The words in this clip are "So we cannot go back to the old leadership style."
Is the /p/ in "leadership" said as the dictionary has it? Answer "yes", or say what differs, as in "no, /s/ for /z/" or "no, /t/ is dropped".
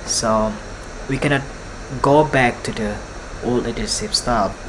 no, /f/ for /p/